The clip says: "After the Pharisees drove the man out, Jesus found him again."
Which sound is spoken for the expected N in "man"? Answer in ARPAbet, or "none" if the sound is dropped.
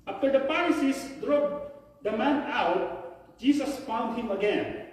N